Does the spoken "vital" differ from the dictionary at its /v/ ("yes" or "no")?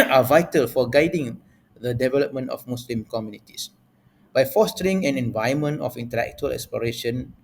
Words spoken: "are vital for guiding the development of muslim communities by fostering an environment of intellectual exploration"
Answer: no